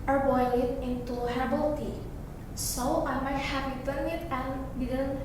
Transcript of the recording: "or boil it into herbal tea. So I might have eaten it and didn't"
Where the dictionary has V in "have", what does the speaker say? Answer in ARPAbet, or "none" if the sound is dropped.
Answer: P